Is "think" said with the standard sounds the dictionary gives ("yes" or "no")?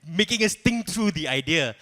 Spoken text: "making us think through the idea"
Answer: no